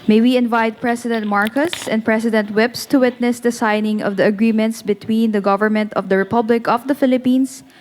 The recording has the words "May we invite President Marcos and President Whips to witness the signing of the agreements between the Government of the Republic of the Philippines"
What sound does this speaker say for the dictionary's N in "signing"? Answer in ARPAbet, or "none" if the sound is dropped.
N